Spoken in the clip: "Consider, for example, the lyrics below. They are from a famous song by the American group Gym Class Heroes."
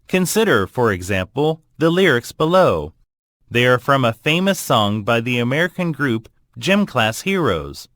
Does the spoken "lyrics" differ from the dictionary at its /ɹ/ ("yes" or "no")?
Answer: no